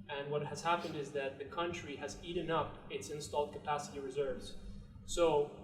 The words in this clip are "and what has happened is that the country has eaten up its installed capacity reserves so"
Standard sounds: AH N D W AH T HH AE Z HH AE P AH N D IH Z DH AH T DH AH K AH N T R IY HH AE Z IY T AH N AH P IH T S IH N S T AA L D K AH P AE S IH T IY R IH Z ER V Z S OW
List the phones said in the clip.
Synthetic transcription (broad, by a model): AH N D W AH T HH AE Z HH AE P AH N D IH Z DH AH T DH AH K AH N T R IY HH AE Z IY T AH N AH P IH T S IH N S T AA L D K AH P AE S IH T IY R IH Z ER V Z S OW